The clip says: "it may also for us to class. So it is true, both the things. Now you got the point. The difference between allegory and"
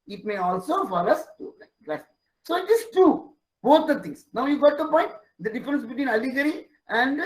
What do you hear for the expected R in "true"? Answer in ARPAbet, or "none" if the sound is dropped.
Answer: none